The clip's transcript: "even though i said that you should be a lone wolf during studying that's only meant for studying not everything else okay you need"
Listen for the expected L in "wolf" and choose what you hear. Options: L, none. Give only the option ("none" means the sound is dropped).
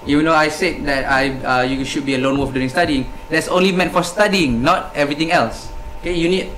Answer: none